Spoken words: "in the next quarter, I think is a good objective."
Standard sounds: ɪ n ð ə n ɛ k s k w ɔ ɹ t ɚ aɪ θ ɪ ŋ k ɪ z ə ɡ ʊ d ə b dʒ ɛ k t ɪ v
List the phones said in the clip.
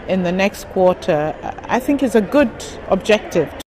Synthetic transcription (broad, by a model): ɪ n ð ə n ɛ k s k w ɔ ɹ t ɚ aɪ θ ɪ ŋ k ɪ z ə ɡ ʊ d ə b dʒ ɛ k t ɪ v